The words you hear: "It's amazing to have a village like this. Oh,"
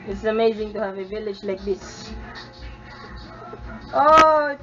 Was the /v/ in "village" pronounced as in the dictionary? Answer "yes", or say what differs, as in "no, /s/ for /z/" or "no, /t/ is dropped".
yes